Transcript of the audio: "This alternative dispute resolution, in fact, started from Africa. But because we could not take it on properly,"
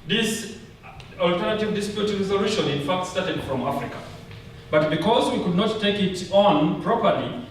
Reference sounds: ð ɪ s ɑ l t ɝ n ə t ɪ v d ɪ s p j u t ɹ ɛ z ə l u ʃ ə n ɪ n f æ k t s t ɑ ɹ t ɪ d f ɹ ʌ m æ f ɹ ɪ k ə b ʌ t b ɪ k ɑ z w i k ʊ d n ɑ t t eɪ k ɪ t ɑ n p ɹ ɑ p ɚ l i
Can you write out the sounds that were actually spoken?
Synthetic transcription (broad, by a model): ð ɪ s ɑ l t ɝ n ə t ɪ v d ɪ s p j u t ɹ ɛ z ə l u ʃ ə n ɪ n f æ k t s t ɑ ɹ t ɪ d f ɹ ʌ m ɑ f ɹ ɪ k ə b ʌ t b ɪ k ɑ z w i k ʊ d n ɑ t t eɪ k ɪ t ɑ n p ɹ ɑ p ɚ l i